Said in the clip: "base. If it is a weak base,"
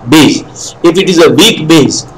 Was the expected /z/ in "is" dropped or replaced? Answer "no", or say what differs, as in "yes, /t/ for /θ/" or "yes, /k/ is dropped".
no